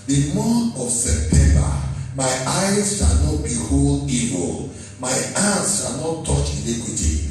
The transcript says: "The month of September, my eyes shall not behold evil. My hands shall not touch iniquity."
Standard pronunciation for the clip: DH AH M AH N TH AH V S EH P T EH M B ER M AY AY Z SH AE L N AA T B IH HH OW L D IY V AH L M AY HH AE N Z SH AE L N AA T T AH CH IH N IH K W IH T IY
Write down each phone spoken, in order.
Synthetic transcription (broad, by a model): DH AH M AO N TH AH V S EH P T EH M B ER M AY AY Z SH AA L N AA T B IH HH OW L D IY V AH L M AY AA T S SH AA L N AA T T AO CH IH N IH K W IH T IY